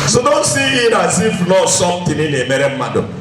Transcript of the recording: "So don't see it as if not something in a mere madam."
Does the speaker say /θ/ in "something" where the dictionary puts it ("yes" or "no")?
no